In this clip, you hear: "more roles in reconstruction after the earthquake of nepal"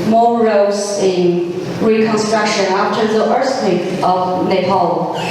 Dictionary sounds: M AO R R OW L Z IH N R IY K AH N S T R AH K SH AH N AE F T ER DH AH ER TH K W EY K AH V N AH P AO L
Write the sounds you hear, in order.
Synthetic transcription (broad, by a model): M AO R R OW Z IH N R IY K AH N S T R AH K SH AH N AE F T ER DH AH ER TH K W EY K AH V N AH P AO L